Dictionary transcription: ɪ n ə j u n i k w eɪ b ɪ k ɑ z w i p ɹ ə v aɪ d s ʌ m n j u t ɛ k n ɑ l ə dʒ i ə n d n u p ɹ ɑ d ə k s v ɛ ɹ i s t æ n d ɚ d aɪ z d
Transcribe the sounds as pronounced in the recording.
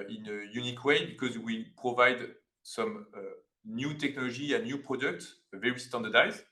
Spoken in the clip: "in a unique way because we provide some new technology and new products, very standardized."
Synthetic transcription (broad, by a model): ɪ n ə j u n i k w eɪ b ɪ k ɑ z w i p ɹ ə v aɪ d s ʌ m n j u t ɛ k n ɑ l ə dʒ i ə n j u p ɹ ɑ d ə k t v ɛ ɹ i s t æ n d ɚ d aɪ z